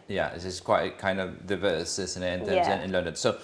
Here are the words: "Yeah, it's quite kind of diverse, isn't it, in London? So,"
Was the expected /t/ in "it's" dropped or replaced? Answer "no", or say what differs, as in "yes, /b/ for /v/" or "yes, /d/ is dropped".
yes, /s/ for /t/